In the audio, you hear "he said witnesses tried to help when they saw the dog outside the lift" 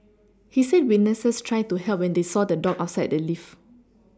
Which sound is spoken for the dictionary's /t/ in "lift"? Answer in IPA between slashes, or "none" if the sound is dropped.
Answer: none